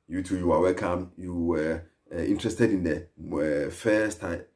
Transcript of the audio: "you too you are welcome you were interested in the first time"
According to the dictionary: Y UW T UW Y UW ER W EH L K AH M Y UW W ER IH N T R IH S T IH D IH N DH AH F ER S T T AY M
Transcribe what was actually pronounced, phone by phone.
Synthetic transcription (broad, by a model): Y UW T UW Y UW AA W EH L K AH M Y UW W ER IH N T R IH S T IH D IH N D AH F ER S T T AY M